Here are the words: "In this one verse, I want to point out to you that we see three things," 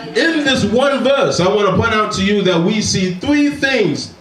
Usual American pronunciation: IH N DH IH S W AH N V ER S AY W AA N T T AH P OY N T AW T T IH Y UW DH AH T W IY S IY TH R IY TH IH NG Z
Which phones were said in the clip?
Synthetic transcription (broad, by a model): IH N DH IH S W AH N V ER S AY W AA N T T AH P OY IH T AW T T IH Y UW DH AH T W IY S IY TH R IY TH IH NG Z